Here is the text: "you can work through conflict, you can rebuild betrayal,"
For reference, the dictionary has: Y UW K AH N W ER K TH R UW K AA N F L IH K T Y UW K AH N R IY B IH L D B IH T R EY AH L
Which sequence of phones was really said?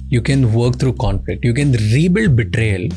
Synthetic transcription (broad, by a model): Y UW K AH N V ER K T R UW K AA N F L IH K T Y UW K AH N R IY B IH L D B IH T R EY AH L